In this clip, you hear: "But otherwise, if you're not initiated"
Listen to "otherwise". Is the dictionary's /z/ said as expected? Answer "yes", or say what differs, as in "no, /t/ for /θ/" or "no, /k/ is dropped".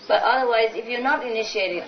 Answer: yes